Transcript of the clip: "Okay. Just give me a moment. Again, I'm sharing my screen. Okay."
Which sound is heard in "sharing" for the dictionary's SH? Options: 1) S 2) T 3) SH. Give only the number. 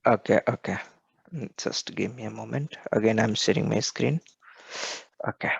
1